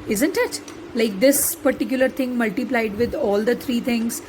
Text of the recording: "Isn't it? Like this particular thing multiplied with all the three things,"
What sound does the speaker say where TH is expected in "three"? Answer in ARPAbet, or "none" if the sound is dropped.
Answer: T